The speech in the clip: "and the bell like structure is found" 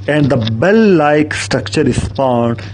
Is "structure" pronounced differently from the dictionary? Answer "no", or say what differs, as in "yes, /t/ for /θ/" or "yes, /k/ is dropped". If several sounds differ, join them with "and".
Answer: no